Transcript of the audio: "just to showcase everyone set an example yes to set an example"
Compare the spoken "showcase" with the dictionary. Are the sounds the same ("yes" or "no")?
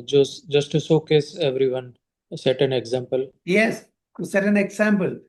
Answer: no